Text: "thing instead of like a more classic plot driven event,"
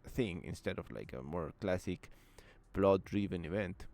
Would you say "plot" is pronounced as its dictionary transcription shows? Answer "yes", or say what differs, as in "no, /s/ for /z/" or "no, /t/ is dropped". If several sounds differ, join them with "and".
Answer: no, /b/ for /p/